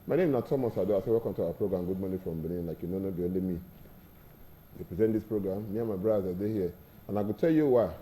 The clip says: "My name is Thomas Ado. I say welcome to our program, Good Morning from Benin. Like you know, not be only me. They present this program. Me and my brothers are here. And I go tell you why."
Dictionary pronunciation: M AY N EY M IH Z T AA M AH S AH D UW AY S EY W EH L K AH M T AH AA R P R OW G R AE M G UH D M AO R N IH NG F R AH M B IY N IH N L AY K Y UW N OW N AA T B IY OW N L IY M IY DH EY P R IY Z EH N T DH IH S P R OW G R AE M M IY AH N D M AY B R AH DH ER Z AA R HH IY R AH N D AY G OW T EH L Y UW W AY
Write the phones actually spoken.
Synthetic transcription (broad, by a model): M AY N EY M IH T AA M AH S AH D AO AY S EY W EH K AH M T AH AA P R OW G R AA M G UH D M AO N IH F R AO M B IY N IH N L AY K Y UW N OW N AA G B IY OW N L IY M IY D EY P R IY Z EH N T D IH S P R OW G R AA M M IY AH M AY B R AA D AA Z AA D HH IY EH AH N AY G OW T EH L Y UW W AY